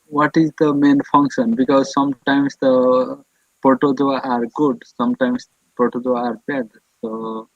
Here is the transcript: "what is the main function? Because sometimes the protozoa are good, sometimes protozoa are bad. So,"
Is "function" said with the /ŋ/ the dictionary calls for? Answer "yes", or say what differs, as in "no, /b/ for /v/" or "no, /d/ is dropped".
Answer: yes